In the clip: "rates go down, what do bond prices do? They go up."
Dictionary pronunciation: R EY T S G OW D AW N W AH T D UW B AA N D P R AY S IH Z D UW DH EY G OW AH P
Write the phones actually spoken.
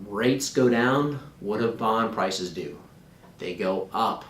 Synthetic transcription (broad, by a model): R EY T S G OW D AW N W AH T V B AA N P R AY S IH Z D UW DH EY G OW AH P